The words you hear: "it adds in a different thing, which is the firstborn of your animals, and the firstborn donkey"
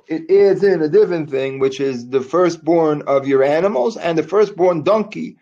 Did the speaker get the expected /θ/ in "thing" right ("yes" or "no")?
yes